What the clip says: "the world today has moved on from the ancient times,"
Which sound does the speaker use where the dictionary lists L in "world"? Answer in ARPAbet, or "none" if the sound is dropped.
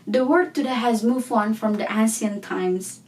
none